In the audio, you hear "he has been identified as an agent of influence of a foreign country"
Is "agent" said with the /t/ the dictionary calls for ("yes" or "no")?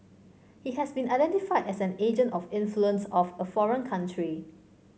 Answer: yes